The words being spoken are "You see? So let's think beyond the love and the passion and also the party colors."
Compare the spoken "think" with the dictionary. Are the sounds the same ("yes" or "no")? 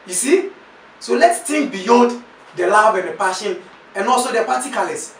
no